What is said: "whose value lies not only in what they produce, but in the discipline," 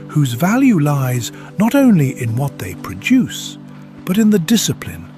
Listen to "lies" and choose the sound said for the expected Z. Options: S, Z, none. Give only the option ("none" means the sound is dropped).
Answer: Z